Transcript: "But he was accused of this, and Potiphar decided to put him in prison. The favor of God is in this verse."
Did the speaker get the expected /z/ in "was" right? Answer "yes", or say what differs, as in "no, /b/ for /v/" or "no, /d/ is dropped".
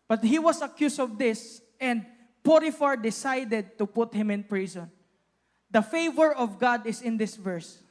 no, /s/ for /z/